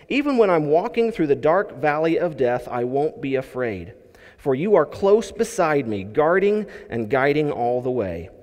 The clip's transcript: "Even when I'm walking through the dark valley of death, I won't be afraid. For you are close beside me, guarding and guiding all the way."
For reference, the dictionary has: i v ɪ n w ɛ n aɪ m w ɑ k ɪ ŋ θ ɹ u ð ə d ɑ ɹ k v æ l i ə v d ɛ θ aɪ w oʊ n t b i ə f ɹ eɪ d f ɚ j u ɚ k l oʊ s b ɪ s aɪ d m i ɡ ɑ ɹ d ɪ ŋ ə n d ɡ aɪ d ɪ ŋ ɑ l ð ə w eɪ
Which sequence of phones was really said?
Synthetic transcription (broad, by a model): i v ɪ n w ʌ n aɪ m w ɑ k ɪ ŋ θ ɹ u ð ə d ɑ ɹ k v æ l i ə v d ɛ θ aɪ w oʊ n b i ə f ɹ eɪ d f ɚ j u ɚ k l oʊ s b ɪ s aɪ d m i ɡ ɑ ɹ d ɪ ŋ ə n ɡ aɪ d ɪ ŋ ɑ l ð ə w eɪ